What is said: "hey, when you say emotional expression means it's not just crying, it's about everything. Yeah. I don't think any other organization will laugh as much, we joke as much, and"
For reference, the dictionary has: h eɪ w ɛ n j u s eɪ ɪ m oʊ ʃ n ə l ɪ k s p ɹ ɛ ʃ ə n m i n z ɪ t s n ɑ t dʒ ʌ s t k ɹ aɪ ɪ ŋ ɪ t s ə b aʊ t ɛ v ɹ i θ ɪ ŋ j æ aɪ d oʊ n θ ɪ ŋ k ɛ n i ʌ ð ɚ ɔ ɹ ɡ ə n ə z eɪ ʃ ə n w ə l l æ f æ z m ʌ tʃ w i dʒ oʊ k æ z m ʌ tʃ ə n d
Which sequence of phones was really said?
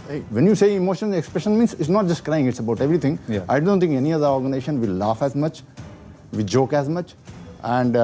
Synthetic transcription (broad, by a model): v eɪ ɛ n j u s eɪ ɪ m oʊ ʃ ə n ɪ k s p ɹ ɛ ʃ ə n m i n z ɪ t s n ɑ t dʒ ʌ s t k ɹ aɪ ɪ ŋ ɪ t s ə b aʊ t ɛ v ɹ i t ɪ ŋ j aɪ d oʊ n t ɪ ŋ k ɛ n i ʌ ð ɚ ɔ ɹ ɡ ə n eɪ ʃ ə n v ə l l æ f æ z m ʌ tʃ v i dʒ oʊ k æ z m ʌ tʃ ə n d